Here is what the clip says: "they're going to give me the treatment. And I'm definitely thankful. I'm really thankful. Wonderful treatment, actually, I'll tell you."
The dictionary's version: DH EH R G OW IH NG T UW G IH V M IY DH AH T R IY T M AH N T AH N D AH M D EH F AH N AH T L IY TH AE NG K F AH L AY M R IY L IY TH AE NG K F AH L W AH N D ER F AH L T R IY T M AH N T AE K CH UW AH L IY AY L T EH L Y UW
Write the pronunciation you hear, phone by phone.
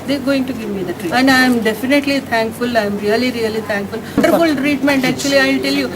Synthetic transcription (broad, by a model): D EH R G OW IH NG T UW G IH V M IY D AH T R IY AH N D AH AH M D EH F AH N AH T L IY T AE NG K F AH L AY M R IY L IY T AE NG K F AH L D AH D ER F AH L T R IY T M AH N T AE K CH UW AH L IY AY L T EH L Y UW